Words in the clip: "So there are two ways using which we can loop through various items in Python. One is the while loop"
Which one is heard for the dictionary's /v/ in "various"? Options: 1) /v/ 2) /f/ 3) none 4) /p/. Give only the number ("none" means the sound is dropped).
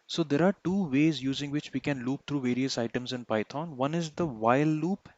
1